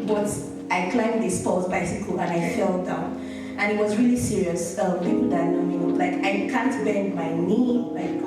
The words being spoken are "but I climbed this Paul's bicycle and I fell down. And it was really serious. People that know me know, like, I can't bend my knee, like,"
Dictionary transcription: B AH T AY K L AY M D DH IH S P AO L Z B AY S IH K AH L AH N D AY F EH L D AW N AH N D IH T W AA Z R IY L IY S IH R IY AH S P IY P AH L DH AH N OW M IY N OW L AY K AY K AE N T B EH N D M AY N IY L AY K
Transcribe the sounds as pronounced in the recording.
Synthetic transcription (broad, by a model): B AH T AY K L AY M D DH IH S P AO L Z B AY S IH K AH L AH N AY F EH L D AW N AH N IH T W AA Z R IY L IY S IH R IY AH S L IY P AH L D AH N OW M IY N L AY K AY K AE N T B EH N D M AY N IY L AY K